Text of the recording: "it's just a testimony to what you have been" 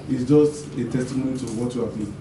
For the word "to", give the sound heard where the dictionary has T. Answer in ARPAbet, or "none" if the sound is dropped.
T